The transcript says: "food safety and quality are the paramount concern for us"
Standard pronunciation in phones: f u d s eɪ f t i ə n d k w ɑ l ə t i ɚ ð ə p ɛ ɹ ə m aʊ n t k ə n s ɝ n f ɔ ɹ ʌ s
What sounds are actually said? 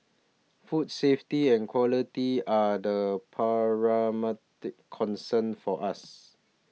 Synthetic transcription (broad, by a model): f u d s eɪ f t i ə n k w ɑ l ə t i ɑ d ə p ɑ ɹ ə m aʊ t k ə n s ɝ n f ɔ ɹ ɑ s